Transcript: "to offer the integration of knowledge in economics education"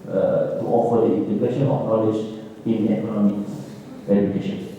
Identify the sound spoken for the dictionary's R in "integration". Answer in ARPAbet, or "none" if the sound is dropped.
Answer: none